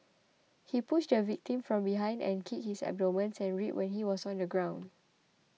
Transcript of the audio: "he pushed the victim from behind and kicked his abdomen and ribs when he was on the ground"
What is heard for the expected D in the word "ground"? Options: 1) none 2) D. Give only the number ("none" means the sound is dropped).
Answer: 2